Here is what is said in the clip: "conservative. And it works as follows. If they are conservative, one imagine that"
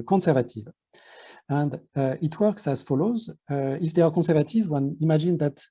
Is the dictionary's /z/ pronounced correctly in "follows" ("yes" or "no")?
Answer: yes